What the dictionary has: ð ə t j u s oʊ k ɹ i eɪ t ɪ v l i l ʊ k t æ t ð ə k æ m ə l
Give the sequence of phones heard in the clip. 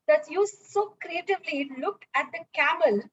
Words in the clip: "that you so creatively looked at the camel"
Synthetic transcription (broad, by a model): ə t j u s oʊ k ɹ i eɪ t ɪ v l i l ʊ k æ t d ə k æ m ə l